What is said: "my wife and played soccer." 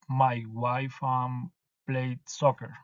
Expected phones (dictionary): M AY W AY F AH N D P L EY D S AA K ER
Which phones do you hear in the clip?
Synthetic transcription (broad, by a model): M AY W AY F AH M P L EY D S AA K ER